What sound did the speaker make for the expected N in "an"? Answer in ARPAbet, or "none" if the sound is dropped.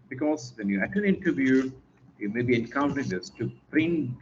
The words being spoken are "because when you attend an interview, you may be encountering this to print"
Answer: L